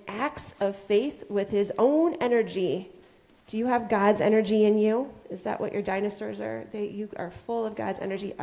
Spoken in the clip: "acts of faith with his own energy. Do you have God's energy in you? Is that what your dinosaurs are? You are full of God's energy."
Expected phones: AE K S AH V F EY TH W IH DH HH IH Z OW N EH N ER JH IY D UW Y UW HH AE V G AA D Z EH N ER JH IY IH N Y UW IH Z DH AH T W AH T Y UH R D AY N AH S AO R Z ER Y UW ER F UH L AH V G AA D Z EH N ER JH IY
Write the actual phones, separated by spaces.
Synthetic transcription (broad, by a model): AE K S AH V F EY TH W IH DH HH IH Z OW N EH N ER JH IY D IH Y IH V G AA D Z EH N ER JH IY IH N Y UW IH Z DH AH T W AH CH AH R D AY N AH S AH R Z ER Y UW ER F UH L AH V G AA D Z EH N ER JH IY